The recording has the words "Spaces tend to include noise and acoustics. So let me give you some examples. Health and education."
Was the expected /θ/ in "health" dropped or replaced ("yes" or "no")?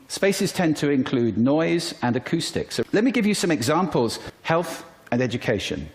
no